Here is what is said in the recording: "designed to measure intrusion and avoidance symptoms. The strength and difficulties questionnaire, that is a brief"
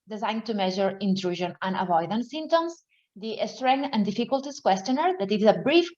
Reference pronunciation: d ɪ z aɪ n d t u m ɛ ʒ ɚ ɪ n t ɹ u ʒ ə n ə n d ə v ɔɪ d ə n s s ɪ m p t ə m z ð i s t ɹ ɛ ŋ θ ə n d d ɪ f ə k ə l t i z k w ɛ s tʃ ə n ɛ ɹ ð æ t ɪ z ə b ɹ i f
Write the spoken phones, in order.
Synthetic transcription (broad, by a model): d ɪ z aɪ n t u m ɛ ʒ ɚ ɪ n t ɹ u ʒ ə n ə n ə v ɔɪ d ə n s s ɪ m t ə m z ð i s t ɹ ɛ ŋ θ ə n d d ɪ f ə k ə l t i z k w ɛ s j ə n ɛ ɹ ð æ t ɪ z ə b ɹ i f